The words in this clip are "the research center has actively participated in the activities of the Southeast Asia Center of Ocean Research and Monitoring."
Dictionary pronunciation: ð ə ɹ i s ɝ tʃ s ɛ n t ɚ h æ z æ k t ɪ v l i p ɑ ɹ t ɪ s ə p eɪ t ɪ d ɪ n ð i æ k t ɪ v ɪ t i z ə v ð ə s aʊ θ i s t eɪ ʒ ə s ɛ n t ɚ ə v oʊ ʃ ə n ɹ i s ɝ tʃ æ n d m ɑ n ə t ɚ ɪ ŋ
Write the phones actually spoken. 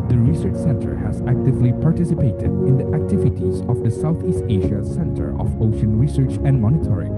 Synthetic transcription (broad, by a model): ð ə ɹ i s ɝ tʃ s ɛ n t ɚ h æ z æ k t ɪ v l i p ɑ ɹ t ɪ s ə p eɪ t ɪ d ɪ n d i æ k t ɪ v ɪ t i z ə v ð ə s aʊ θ i s t eɪ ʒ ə s ɛ n t ɚ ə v oʊ ʃ ə n ɹ i s ɝ tʃ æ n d m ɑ n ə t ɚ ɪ ŋ